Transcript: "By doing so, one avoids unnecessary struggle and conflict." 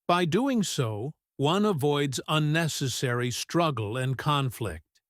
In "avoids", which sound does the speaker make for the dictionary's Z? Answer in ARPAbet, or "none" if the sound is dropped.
Z